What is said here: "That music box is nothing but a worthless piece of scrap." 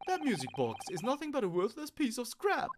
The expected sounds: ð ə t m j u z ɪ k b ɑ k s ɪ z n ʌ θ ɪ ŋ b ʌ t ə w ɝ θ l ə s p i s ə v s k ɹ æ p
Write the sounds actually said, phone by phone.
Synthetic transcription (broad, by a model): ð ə t m j u z ɪ k b ɑ k s ɪ z n ʌ θ ɪ ŋ b ʌ t ə w ɝ θ l ə s p i s ə v s k ɹ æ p